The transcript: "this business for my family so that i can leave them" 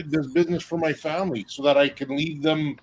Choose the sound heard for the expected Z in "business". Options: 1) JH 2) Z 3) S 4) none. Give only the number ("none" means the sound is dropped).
2